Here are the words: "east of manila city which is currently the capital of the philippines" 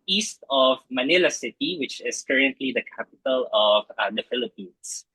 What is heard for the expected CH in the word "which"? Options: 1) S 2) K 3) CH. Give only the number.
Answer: 3